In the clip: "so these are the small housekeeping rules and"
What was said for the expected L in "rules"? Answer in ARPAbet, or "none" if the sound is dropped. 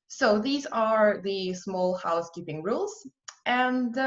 L